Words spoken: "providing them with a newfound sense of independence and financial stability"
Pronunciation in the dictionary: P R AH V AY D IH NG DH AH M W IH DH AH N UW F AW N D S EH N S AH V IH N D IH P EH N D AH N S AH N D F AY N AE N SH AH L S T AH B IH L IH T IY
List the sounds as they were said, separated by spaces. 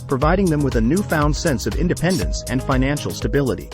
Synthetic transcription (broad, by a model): P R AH V AY D IH NG DH AH M W IH DH AH N UW F AW N D S EH N S AH V IH N D IH P EH N D AH N S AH N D F AY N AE N SH L S T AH B IH L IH T IY